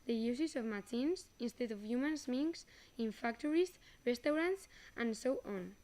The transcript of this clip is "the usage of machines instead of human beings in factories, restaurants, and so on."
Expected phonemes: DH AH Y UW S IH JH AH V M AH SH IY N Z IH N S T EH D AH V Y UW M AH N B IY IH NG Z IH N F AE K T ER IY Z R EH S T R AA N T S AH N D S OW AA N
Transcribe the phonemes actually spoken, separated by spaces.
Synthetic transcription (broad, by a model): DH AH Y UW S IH Z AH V M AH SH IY N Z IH N S T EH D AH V Y UW M AH N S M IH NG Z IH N F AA K T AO IY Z R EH S T R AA N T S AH N S OW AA N